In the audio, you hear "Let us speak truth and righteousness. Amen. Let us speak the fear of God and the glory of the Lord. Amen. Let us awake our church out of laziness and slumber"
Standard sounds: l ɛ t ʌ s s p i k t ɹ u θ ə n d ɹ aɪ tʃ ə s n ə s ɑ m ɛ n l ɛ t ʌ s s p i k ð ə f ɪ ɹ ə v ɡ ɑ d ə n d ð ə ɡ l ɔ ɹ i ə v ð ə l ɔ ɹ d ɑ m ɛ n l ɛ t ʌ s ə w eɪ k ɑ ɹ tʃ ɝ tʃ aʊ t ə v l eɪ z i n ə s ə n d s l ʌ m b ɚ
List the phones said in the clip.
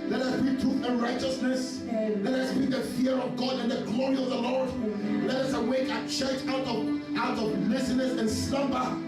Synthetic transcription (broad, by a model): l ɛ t ʌ s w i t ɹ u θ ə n ɹ aɪ tʃ ə s n ə s l ɛ t ʌ s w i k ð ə f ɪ ɹ ə v ɡ ɑ d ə n ð ə ɡ l ɔ ɹ i ə v ð ə l ɔ ɹ d l ɛ t ʌ s ə w eɪ k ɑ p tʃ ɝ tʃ aʊ t ə v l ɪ s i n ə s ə n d s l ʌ m b ɚ